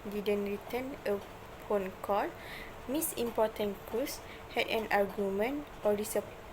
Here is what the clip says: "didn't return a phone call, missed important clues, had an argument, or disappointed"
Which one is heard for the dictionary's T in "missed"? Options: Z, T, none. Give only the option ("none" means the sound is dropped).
none